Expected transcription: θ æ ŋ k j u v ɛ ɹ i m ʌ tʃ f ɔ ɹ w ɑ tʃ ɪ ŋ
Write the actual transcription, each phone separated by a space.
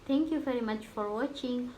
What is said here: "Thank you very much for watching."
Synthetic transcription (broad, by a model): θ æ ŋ k j u v ɛ ɹ i m ʌ tʃ f ɔ ɹ w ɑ tʃ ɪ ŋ